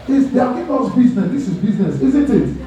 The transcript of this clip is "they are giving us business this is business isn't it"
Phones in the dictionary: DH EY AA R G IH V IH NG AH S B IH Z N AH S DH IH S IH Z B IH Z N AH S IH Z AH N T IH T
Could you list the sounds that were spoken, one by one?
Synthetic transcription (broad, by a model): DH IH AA L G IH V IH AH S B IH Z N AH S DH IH S IH Z B IH Z N AH S IH Z AH N T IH T